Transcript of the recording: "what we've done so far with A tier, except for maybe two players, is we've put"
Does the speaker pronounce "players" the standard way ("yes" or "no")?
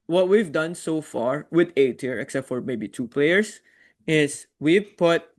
no